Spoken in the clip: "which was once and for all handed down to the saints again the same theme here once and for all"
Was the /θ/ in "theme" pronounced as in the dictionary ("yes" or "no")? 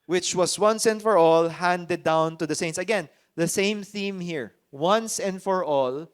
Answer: yes